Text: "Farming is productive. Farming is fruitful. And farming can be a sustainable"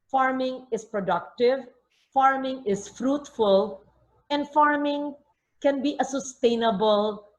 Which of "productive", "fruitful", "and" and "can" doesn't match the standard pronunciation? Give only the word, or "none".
none